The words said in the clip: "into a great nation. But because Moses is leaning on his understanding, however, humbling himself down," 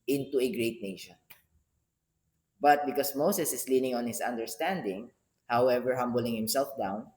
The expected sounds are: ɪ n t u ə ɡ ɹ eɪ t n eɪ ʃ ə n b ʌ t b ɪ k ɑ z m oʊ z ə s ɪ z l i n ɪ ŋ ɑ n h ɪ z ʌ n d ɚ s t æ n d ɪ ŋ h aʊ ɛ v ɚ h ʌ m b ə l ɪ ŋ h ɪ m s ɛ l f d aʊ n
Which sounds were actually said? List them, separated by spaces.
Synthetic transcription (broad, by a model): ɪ n t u ə ɡ ɹ eɪ t n eɪ ʃ ə n b ʌ t b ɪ k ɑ s m oʊ s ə s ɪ s l i n ɪ ŋ ɑ n h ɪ s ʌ n d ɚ s t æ n d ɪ ŋ h aʊ ɛ v ɚ h ʌ m b ə l ɪ ŋ h ɪ m s ɛ l f d aʊ n